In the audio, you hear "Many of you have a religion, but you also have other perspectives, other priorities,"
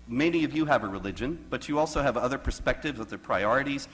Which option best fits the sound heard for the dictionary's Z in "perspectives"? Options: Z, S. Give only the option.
Z